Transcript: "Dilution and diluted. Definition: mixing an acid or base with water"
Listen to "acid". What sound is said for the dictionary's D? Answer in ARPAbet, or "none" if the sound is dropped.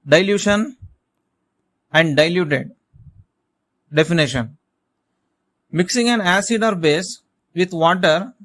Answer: D